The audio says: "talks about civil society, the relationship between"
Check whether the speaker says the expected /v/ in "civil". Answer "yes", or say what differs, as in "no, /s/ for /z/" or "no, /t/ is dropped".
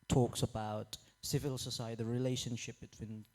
yes